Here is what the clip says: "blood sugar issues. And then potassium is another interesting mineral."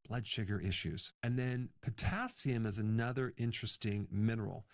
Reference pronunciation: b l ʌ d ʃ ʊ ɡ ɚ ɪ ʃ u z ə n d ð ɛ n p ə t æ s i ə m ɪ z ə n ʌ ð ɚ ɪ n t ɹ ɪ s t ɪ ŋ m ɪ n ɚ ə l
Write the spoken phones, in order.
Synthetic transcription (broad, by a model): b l ʌ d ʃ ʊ ɡ ɚ ɪ ʃ u z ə n ð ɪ n p ə t æ s i ə m ɪ z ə n ʌ ð ɚ ɪ n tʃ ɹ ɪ s t ɪ ŋ m ɪ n ɚ l